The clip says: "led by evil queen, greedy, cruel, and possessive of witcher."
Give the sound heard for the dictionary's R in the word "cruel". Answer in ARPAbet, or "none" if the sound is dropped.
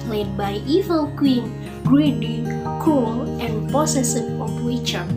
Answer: none